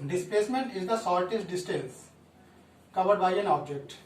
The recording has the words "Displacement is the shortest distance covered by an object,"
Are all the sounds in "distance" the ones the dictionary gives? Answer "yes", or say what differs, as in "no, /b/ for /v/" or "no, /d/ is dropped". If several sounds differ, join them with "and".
no, /l/ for /n/